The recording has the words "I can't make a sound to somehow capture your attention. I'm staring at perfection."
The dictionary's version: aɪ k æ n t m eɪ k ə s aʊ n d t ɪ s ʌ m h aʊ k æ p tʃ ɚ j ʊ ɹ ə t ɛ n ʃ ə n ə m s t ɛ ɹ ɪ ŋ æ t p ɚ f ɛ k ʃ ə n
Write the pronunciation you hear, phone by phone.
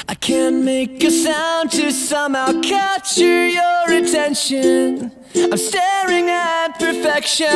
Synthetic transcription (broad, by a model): aɪ k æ n m eɪ k ə s aʊ n t ɪ s ʌ m h aʊ k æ tʃ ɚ j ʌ ɹ ə t ɛ n ʃ ə n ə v s t ɛ ɹ ɪ ŋ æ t p ɚ f ɛ k ʃ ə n